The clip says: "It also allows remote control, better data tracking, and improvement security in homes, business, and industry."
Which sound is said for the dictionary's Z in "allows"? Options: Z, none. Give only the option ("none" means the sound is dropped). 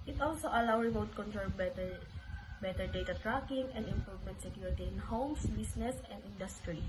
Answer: none